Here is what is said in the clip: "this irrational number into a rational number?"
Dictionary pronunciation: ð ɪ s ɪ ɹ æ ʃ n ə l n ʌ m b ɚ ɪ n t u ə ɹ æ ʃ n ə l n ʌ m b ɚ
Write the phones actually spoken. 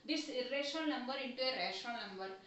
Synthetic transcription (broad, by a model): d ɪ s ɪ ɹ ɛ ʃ ə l n ʌ m b ɚ ɪ n t u ə ɹ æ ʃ ə n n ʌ m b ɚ